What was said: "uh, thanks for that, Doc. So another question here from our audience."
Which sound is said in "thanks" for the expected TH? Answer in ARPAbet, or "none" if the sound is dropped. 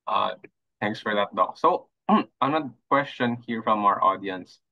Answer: T